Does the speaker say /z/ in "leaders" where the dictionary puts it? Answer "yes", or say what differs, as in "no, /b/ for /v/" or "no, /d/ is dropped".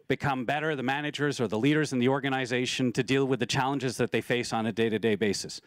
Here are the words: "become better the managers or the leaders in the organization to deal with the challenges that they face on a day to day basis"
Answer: yes